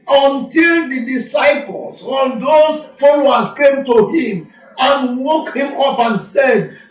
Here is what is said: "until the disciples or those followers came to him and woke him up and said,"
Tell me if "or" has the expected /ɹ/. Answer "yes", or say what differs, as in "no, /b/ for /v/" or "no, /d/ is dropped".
no, /l/ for /ɹ/